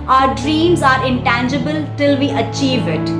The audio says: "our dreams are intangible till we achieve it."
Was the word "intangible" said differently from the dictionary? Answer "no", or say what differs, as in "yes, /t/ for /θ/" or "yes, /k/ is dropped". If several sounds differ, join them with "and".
no